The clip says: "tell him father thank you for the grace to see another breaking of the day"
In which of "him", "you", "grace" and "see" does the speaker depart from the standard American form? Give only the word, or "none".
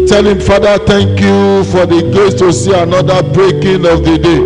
grace